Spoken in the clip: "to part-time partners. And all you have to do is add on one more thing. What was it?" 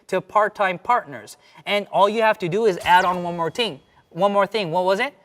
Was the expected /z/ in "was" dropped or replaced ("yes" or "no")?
no